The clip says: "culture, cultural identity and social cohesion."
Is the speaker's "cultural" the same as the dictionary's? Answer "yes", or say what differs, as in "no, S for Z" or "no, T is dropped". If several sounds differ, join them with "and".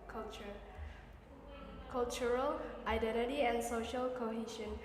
no, CH is dropped